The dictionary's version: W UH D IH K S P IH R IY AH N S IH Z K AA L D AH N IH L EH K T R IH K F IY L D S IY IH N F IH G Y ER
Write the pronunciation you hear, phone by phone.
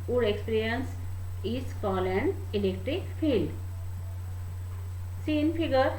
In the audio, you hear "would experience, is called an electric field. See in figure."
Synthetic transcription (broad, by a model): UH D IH K S P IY R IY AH N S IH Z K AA L AH N IH L EH K T R IH K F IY L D S IY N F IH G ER